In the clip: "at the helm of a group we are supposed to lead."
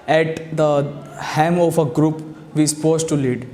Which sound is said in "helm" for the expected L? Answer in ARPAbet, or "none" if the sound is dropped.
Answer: none